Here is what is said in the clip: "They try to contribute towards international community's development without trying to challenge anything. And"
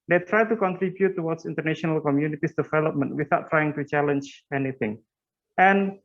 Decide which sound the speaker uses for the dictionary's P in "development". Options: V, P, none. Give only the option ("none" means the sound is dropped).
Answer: P